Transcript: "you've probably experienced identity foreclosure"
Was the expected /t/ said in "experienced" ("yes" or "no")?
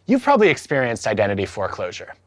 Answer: yes